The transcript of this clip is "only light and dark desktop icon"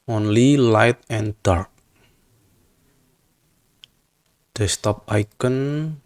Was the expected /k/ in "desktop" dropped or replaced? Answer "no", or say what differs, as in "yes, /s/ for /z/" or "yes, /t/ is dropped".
yes, /k/ is dropped